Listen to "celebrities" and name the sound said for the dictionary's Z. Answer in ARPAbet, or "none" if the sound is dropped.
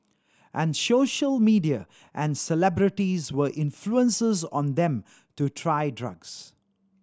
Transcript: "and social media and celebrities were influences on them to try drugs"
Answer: Z